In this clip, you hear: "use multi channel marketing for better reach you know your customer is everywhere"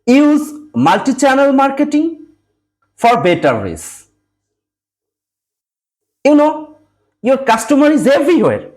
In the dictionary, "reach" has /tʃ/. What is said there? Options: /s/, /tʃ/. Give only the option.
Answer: /s/